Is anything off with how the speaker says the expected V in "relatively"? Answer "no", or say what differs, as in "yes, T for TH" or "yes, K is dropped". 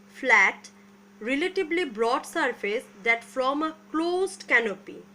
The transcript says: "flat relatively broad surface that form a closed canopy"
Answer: yes, B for V